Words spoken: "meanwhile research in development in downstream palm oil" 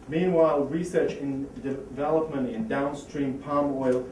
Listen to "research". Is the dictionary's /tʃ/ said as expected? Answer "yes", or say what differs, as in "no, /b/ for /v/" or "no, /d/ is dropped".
yes